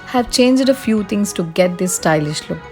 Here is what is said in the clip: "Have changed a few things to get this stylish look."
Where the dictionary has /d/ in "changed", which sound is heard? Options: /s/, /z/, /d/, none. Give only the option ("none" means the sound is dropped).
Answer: /d/